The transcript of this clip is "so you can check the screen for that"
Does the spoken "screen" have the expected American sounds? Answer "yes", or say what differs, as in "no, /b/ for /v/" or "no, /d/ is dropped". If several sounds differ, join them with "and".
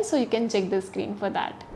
yes